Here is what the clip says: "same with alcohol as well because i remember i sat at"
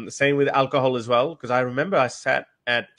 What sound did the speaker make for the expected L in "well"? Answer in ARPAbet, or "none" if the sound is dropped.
L